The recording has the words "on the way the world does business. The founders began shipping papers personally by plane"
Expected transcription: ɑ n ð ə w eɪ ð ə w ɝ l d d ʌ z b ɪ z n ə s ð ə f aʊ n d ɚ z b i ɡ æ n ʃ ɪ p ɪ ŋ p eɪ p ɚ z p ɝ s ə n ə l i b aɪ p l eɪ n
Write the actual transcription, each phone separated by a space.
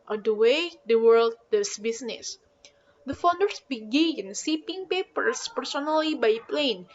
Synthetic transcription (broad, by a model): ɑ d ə w eɪ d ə w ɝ l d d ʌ s b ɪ s n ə s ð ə f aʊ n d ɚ s b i ɡ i n s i p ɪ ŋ p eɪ p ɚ s p ɝ s ə n ə l i b aɪ p l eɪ n